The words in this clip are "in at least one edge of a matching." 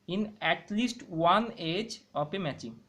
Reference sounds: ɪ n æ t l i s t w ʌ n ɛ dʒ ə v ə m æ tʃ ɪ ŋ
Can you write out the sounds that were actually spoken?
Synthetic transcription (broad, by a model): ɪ n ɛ t l i s t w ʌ n ɛ dʒ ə p ə m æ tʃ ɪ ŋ